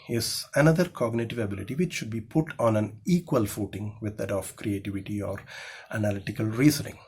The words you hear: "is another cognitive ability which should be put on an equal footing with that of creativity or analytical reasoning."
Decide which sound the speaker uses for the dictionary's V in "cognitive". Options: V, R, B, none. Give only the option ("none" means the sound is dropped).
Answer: V